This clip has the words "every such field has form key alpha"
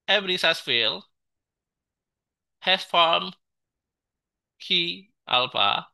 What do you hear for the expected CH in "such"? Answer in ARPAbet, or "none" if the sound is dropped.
S